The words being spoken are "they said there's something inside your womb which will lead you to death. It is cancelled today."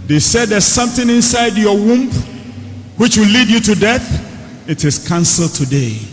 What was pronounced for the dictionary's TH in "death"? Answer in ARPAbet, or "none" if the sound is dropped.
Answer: TH